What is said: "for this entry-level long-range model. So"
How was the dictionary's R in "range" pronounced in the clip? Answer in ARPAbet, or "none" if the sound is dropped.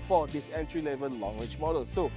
W